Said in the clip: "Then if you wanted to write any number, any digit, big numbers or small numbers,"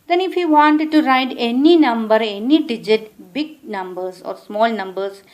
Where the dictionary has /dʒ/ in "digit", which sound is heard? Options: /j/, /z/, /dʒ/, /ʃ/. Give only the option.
/dʒ/